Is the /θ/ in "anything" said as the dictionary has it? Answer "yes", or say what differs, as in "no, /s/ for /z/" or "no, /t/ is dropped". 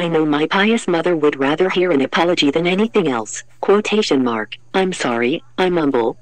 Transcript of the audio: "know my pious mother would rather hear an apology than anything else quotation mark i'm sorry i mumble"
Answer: yes